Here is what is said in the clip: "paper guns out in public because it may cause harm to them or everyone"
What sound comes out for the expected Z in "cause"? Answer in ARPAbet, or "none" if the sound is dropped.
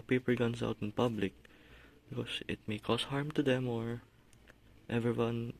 S